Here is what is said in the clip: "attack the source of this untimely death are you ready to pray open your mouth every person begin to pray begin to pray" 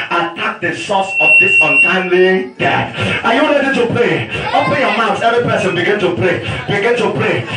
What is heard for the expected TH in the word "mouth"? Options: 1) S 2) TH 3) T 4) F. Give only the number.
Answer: 1